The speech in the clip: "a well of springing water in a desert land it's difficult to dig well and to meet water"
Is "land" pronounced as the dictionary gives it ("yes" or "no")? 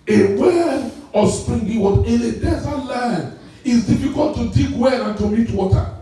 no